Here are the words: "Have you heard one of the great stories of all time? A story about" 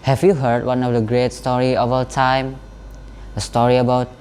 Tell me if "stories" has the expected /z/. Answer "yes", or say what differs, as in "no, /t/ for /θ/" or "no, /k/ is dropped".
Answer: no, /z/ is dropped